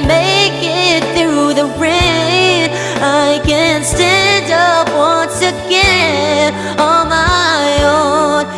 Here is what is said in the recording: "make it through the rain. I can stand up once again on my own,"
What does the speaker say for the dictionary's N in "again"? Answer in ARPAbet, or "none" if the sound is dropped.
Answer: none